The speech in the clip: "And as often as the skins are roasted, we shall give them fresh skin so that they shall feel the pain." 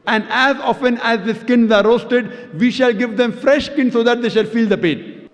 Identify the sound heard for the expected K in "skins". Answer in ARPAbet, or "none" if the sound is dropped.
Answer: K